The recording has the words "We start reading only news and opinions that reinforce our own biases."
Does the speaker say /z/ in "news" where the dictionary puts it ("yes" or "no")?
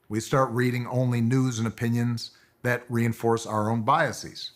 yes